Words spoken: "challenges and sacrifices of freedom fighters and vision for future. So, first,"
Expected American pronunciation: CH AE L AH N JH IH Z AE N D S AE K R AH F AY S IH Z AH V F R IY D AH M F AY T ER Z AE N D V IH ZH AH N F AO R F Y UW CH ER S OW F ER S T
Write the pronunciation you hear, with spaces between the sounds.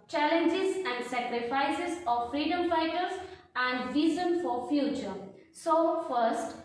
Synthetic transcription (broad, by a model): CH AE L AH N JH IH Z AE N D S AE K R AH F AY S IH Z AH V F R IY D AH M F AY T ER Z AE N D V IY Z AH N F AO R F Y UW CH ER S OW F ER S T